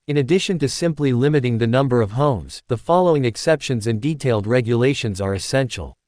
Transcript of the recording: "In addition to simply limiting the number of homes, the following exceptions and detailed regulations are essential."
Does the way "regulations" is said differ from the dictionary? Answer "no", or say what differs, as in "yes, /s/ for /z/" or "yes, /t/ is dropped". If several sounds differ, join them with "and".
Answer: no